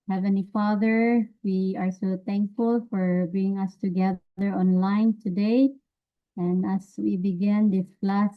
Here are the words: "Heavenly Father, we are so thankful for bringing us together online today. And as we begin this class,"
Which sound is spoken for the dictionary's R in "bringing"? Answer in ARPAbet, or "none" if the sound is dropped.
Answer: none